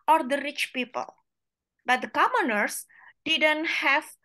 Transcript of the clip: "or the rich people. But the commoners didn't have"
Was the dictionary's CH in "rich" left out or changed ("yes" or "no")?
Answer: no